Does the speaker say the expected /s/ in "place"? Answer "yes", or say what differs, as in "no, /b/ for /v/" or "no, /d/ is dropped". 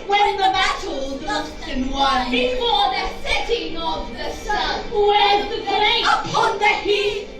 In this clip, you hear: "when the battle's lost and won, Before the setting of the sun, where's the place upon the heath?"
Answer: no, /s/ is dropped